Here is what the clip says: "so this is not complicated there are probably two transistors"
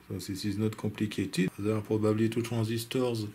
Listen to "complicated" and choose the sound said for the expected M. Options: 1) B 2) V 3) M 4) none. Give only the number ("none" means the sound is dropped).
4